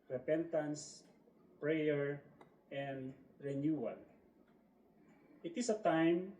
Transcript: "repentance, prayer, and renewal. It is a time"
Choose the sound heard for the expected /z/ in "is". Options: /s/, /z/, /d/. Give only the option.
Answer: /s/